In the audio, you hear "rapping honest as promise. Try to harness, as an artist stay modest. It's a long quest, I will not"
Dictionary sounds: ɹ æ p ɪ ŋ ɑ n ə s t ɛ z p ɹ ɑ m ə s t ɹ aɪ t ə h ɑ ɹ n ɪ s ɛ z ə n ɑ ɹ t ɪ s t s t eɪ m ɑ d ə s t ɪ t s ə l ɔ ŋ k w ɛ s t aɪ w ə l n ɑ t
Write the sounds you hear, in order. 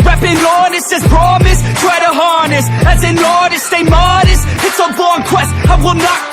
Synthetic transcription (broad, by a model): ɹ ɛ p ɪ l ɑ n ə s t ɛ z p ɹ ɑ m ə s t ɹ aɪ t ə h ɑ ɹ n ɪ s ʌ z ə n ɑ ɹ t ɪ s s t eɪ m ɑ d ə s ɪ t s ə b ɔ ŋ k w ɛ s t aɪ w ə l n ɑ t